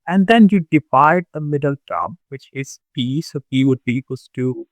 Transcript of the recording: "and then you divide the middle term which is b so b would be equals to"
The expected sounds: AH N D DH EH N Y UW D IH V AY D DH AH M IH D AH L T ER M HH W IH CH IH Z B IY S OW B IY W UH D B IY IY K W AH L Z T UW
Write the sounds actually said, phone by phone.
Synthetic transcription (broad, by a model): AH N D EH N Y UW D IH F AY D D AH M IH D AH L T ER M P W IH CH IH Z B IY S OW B IY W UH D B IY IY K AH Z T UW